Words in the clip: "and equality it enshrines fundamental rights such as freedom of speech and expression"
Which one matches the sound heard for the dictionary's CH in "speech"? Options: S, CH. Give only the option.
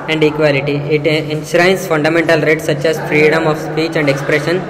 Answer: CH